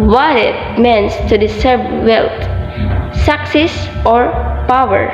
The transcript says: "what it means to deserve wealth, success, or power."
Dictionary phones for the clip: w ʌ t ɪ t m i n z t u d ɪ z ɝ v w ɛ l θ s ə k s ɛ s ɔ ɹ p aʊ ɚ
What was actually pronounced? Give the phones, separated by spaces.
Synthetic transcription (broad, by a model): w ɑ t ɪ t m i n s t u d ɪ s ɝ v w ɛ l t s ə k s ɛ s ɔ ɹ p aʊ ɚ